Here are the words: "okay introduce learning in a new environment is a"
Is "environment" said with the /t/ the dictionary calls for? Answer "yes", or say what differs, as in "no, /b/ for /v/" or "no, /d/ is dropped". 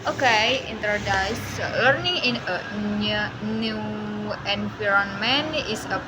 no, /t/ is dropped